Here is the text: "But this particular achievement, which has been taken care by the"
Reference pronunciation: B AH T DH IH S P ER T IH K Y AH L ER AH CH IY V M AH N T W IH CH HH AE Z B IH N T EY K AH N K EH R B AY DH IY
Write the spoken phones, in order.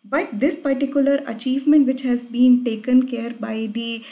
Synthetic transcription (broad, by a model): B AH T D IH S P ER T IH K Y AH L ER AH CH IY V M AH N T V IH CH HH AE Z B IH N T EY K AH N K EH R B AY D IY